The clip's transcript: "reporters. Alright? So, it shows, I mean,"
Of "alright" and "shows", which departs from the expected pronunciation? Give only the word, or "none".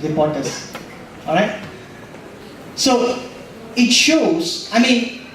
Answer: none